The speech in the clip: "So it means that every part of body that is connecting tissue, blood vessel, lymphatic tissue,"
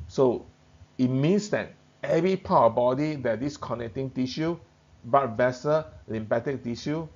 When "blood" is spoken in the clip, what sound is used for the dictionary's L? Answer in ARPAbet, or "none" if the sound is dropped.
none